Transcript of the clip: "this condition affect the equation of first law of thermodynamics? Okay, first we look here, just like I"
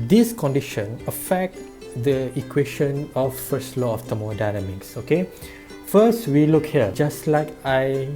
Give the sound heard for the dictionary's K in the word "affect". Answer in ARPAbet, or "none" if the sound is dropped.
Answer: K